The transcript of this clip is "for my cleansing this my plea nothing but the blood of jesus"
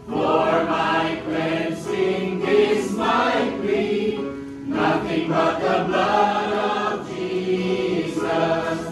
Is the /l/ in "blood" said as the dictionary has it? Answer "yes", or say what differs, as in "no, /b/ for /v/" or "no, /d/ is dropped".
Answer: yes